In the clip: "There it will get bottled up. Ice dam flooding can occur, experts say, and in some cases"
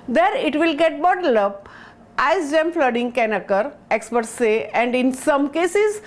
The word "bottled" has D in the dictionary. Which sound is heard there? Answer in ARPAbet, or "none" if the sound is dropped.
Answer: none